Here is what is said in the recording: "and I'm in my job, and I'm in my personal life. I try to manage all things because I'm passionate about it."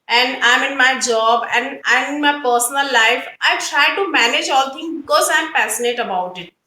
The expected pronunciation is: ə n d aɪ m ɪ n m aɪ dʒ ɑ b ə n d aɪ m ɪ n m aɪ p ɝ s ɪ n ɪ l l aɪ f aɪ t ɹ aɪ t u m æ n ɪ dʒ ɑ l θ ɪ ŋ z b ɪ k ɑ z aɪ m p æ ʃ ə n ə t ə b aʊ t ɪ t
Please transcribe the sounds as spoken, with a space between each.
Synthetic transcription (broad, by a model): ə n d aɪ m ɪ n m aɪ dʒ ɑ b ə n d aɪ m ɪ n m aɪ p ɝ s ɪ n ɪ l l aɪ f aɪ t ɹ aɪ t u m æ n ɪ dʒ ɑ l t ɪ ŋ b ɪ k ɑ z aɪ m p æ s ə n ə t ə b aʊ t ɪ t